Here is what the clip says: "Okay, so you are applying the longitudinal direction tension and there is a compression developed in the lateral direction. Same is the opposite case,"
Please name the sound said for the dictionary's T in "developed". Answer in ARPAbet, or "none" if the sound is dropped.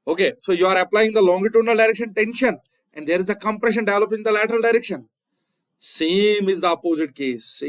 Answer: none